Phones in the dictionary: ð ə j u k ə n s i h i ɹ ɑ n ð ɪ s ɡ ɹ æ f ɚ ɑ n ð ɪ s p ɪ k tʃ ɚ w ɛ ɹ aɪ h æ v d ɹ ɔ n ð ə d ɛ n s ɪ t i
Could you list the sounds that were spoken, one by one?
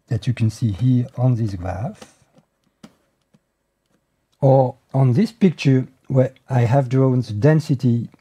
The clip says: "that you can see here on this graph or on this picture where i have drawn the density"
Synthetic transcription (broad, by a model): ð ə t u k ə n s i h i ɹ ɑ n ð ɪ s ɡ ɹ æ f ɚ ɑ n ð ɪ s p ɪ k tʃ ɚ w ɛ ɹ aɪ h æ v d ɹ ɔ n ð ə d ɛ n s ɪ t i